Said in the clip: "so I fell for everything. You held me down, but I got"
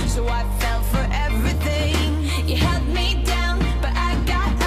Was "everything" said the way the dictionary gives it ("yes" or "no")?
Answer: yes